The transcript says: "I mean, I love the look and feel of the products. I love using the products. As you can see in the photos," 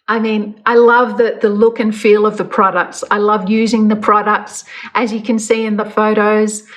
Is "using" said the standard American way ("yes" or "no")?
yes